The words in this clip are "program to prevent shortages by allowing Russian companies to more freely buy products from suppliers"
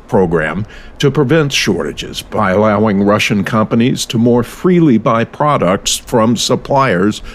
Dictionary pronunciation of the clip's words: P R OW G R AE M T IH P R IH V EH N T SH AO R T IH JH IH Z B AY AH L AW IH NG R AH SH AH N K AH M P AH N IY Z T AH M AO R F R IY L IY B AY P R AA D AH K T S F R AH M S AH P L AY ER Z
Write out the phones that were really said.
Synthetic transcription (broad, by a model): P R OW G R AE M T IH P R IH V EH N T SH AO R T IH JH IH Z B AY AH L AW IH NG R AH SH AH N K AH M P AH N IY Z T AH M AO R F R IY L IY B AY P R AA D AH K T S F R AH M S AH P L AY ER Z